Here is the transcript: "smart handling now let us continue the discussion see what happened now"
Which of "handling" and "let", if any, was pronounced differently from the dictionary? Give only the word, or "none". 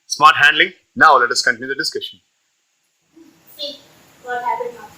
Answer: none